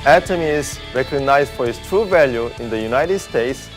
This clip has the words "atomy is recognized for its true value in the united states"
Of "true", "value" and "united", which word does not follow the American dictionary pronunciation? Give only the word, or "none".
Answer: none